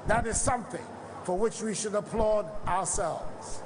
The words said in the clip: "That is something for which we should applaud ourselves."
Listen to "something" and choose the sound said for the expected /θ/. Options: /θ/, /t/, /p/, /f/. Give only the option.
/θ/